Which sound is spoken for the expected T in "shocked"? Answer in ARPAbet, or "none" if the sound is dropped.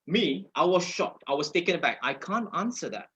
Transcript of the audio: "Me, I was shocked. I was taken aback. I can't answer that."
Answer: T